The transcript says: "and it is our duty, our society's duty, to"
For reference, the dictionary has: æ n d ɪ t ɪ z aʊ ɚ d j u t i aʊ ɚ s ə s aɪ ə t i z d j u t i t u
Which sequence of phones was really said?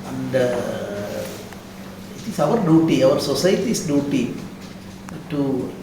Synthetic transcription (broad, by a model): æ n d ɪ t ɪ s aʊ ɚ d j u t i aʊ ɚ s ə s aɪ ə t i s d j u t i t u